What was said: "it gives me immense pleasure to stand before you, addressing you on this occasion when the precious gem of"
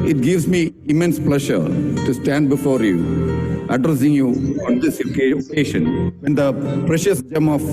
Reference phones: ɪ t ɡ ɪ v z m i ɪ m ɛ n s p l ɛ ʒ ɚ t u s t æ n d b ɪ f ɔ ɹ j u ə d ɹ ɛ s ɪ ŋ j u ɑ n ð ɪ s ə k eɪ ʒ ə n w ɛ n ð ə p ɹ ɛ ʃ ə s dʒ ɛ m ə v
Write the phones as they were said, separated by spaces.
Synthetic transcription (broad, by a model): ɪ t ɡ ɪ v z m i ɪ m ɛ n s p l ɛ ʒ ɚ t u s t æ n d b ɪ f ɔ ɹ j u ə d ɹ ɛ s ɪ ŋ j u ɑ n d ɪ s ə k eɪ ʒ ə n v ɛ n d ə p ɹ ɛ ʃ ə s dʒ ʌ m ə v